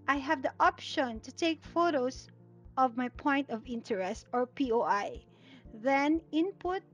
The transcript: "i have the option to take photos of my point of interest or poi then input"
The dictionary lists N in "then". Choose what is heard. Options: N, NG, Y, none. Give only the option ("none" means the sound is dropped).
N